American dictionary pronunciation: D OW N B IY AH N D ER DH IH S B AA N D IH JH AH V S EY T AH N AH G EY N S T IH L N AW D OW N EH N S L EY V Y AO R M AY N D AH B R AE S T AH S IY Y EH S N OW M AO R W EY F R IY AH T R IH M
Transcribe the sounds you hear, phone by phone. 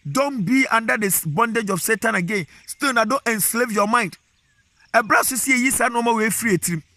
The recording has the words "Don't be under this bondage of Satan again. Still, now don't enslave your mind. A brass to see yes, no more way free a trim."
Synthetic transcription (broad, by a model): D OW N B IY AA N D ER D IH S B AA N D IH JH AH F S EY T AH N AH G EY N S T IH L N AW D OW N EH N S L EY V Y AO M AY N D AH B R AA S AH S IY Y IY S N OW M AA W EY F R IY AH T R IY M